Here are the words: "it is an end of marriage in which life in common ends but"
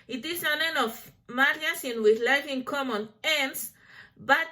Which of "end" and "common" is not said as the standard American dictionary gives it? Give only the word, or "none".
end